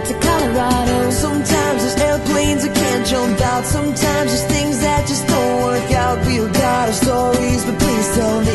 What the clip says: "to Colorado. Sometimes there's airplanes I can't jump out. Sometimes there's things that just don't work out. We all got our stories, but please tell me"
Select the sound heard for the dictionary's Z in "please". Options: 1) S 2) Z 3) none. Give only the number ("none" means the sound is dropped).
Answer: 1